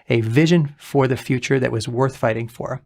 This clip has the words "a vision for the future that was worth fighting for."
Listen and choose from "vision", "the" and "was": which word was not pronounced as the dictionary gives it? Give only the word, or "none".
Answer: none